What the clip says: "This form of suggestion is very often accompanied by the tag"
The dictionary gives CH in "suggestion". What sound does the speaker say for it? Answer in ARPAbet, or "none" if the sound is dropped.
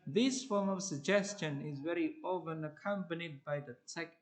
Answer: CH